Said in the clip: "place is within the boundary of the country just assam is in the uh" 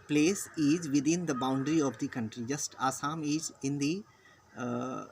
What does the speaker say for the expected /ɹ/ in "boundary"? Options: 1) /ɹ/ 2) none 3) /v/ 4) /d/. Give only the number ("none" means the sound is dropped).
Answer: 1